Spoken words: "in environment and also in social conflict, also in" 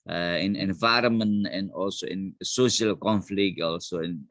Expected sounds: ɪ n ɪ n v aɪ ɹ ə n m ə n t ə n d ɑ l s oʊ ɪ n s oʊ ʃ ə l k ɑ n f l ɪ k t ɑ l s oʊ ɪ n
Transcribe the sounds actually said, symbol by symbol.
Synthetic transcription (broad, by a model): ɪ n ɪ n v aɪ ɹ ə m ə n ə n ɑ l s oʊ ɪ n s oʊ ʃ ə l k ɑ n f l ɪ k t ɑ l s oʊ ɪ n